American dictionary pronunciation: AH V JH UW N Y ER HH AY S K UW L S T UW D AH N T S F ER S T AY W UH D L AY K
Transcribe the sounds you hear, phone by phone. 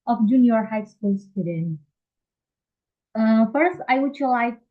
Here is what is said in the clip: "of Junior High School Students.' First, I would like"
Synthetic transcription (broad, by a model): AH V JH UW N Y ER HH AY S K UW L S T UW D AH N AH F ER S T AY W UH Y L AY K